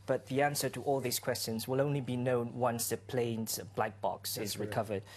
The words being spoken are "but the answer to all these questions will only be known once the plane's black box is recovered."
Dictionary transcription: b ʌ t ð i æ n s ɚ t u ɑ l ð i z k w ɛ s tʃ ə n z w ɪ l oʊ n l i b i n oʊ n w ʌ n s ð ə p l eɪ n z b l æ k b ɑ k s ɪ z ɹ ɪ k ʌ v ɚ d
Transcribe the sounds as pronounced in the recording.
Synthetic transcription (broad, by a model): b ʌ t ð i æ n s ɚ t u ɑ l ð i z k w ɛ s tʃ ə n z w ɪ l oʊ n l i b i n oʊ n w ʌ n s ð ə p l eɪ n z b l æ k b ɑ k s ɪ z ɹ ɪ k ʌ v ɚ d